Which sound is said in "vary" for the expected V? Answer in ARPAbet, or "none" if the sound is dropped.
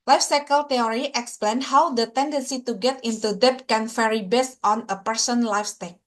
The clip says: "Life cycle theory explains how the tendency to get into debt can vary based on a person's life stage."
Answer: F